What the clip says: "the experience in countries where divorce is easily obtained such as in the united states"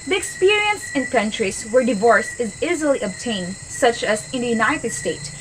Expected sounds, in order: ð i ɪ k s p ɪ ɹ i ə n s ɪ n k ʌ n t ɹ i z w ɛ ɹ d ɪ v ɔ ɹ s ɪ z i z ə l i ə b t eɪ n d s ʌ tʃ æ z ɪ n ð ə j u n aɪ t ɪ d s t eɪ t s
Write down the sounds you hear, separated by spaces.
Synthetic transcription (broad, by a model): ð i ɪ k s p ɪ ɹ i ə n s ɪ n k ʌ n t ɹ i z w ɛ ɹ d ɪ v ɔ ɹ s ɪ z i z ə l i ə b t eɪ n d s ʌ tʃ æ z ɪ n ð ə j u n aɪ t ɪ d s t eɪ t s